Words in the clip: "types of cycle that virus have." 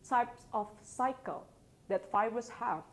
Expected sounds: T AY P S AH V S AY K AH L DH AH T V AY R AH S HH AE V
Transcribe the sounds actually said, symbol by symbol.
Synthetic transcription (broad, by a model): T AY P S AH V S AY K AH L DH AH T F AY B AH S HH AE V